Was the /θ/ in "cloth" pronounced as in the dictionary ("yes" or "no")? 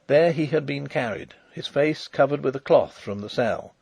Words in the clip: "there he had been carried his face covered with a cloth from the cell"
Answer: yes